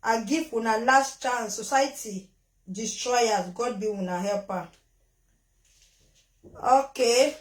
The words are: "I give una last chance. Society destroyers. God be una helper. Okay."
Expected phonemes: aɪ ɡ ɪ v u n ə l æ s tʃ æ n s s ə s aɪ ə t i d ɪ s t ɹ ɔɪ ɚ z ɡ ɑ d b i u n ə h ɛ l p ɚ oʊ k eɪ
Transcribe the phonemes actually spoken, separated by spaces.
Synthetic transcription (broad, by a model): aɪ ɡ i w u n ə l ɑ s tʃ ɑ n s s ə s aɪ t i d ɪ s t ɹ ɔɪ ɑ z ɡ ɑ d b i u n ə h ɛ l p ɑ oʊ k eɪ